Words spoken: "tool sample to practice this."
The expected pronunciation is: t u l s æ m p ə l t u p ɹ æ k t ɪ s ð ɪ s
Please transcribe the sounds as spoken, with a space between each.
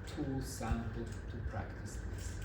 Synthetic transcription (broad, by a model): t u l s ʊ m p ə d t u p ɹ æ k t ɪ s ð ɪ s